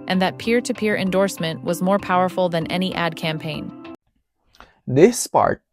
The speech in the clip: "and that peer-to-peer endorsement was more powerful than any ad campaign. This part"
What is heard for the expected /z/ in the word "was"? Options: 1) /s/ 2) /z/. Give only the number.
2